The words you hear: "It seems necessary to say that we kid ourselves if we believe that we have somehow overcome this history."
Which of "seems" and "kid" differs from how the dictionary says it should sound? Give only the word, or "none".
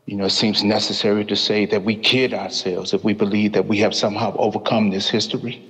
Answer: none